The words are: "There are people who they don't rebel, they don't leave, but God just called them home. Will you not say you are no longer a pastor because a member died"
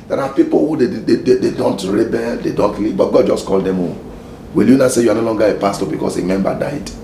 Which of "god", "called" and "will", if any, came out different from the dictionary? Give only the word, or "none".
none